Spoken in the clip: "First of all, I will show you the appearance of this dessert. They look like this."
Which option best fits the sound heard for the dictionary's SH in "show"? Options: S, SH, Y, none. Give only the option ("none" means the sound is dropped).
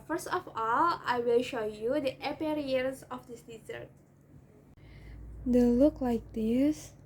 SH